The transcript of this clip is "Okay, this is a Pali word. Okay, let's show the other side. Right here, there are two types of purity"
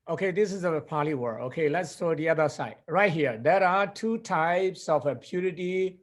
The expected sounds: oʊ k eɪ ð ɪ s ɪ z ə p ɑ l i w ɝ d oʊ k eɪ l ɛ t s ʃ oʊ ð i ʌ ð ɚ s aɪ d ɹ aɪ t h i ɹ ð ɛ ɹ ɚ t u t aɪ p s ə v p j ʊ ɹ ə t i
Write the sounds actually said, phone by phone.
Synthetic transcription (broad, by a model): oʊ k eɪ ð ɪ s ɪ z ə p ɑ l i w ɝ oʊ k eɪ l ɛ t s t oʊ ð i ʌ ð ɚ s aɪ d ɹ aɪ t h i ɹ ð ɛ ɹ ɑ t u t aɪ p s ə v p j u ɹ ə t i